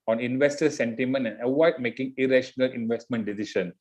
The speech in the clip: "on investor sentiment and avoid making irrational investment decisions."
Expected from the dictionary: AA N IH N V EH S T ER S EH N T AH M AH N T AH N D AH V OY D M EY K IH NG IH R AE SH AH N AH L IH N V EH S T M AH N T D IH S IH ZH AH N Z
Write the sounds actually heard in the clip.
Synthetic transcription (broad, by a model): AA N IH N V EH S T ER S EH N T AH M AH N T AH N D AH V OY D M EY K IH NG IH R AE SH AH N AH L IH N V EH S T M AH N T D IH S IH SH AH N